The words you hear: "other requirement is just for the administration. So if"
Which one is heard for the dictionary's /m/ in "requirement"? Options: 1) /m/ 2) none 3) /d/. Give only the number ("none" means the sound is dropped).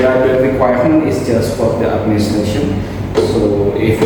2